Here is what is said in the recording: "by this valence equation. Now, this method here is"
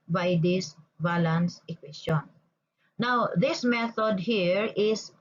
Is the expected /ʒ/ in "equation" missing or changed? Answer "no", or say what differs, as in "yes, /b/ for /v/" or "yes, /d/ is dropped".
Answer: yes, /s/ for /ʒ/